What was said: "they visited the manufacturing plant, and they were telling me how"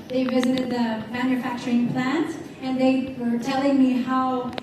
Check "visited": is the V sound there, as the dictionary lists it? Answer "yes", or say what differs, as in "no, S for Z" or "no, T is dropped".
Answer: yes